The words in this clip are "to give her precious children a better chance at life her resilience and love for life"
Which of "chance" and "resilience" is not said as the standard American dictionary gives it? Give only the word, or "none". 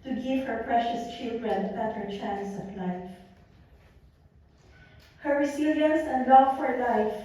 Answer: resilience